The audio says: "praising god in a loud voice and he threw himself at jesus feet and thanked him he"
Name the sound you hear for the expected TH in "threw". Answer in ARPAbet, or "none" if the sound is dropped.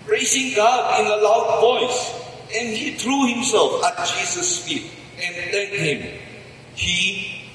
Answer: T